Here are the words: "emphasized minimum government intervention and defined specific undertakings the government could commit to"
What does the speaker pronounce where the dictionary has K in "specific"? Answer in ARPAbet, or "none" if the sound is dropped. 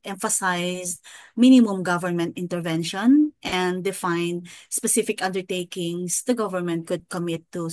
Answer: K